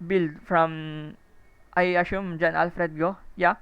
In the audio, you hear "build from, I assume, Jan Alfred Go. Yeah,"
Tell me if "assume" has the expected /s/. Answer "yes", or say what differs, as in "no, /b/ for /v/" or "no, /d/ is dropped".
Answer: no, /ʃ/ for /s/